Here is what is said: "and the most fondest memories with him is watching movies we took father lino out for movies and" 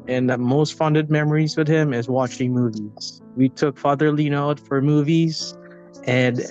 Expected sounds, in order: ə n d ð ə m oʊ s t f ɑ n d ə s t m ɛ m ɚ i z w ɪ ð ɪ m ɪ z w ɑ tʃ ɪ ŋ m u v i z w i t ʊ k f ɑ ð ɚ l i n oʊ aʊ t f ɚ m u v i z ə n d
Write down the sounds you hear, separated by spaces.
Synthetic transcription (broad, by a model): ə n ð ə m oʊ s t f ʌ n d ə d m ɛ m ɚ i z w ɪ ð ɪ m ɪ z w ɑ tʃ ɪ ŋ m u v i z w i t ʊ k f ɑ ð ɚ l i n oʊ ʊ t f ɚ m u v i z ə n